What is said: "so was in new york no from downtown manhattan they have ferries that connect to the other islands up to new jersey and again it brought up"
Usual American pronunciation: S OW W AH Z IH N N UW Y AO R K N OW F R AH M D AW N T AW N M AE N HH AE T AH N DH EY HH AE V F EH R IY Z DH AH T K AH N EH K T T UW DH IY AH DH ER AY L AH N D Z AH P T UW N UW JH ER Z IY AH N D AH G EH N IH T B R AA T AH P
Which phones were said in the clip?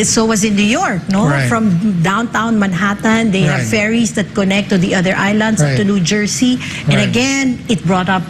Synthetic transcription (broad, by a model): S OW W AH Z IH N N UW Y AO R K N OW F R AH M D AW N T AW N M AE N HH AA T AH N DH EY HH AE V F EH R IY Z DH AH T K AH N EH K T T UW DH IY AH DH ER AY L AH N D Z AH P T UW N UW JH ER S IY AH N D AH G EH N IH T B R AA T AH P